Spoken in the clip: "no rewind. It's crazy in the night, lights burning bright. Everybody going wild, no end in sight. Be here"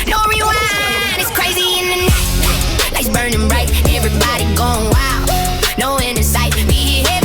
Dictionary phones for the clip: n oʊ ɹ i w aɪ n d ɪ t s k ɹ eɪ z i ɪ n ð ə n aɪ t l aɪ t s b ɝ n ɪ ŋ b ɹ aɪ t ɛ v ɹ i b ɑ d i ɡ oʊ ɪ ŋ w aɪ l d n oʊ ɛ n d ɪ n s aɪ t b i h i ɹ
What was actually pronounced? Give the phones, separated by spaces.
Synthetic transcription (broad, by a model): n oʊ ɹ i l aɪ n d ɪ t s k ɹ eɪ z i ɪ n ð ə n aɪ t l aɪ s b ɝ n ɪ ŋ ɹ aɪ t ɛ v ɹ i b ɑ d i ɡ oʊ ɪ ŋ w aɪ l n oʊ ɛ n ɪ s aɪ t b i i